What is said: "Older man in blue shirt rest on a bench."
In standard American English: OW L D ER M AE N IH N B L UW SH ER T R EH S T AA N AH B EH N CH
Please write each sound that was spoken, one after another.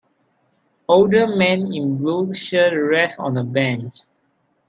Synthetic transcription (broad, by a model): OW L D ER M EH N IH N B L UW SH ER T R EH S AA N AH B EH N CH